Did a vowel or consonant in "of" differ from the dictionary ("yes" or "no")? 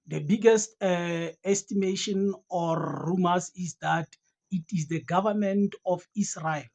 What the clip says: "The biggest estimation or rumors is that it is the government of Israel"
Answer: yes